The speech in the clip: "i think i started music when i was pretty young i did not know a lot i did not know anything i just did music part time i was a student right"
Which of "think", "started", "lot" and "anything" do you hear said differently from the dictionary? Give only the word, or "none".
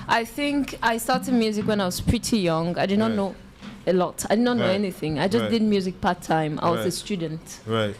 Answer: none